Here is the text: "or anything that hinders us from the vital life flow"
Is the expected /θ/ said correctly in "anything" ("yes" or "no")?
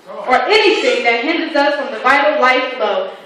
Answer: yes